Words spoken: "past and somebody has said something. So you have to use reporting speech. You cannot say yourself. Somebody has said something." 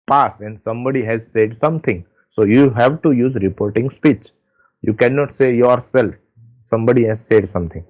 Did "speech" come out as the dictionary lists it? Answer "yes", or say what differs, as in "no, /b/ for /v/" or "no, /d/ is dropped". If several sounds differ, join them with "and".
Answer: yes